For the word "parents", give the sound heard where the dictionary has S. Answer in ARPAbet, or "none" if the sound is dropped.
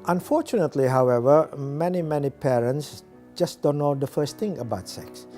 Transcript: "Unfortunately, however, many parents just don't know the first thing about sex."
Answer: S